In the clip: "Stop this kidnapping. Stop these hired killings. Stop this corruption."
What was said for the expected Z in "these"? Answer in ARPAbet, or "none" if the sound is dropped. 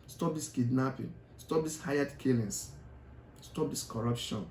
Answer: S